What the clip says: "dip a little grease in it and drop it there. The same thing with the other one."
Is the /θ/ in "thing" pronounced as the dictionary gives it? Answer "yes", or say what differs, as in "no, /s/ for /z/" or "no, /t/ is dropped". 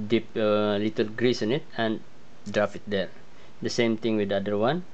no, /t/ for /θ/